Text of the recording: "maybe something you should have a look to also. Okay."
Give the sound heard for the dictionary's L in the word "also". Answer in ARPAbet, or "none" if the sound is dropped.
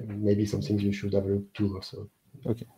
none